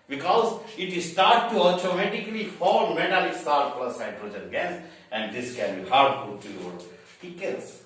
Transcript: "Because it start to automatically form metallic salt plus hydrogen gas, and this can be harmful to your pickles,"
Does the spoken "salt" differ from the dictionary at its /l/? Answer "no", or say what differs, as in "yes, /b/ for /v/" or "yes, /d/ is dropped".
yes, /l/ is dropped